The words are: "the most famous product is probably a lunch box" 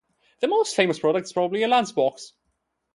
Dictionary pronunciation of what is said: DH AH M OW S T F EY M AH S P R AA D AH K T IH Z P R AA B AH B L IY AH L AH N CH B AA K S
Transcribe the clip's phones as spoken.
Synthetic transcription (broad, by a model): DH AH M OW S T F EY M AH S P R AA D AH K T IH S P R AA B AH B L IY AH L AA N S B AA K S